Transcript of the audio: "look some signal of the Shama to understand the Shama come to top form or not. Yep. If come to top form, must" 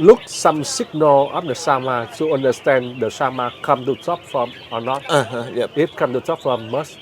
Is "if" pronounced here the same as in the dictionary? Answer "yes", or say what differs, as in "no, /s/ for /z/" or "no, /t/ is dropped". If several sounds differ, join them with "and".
no, /p/ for /f/